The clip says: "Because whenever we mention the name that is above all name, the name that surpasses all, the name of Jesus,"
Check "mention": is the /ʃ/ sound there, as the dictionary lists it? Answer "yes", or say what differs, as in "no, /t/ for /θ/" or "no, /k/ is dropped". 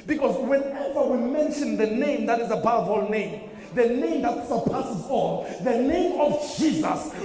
yes